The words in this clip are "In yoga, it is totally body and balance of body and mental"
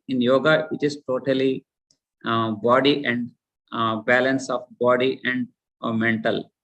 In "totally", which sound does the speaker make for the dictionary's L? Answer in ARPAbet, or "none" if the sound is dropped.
L